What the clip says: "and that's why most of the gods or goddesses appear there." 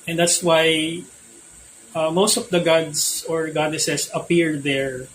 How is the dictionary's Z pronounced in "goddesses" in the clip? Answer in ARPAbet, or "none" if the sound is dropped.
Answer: S